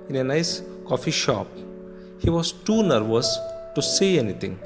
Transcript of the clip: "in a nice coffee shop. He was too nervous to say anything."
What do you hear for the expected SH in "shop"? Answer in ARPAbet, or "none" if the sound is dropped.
SH